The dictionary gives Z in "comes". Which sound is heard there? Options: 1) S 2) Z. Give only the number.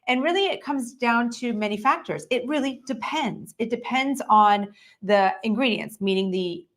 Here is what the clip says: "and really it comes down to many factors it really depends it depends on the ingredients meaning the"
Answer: 2